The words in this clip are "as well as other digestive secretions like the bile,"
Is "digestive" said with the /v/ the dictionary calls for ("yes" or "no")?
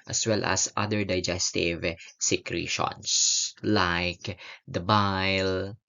yes